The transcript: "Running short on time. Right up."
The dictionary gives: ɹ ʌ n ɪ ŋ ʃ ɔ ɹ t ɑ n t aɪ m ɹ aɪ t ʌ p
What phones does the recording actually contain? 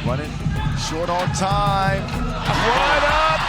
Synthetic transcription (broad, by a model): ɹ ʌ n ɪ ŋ ʃ ɔ ɹ t ɑ n t aɪ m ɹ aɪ ʌ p